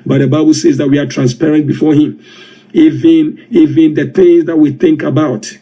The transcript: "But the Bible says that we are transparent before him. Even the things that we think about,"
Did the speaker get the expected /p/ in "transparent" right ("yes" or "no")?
yes